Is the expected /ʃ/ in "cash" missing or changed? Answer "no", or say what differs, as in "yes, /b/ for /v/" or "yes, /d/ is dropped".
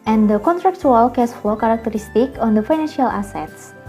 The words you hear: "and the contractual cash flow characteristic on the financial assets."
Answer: yes, /s/ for /ʃ/